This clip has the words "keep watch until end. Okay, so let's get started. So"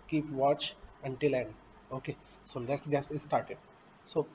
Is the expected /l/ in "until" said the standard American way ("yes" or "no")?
yes